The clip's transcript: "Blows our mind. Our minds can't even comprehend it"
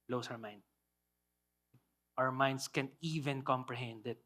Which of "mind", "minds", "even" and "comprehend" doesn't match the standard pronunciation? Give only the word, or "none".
minds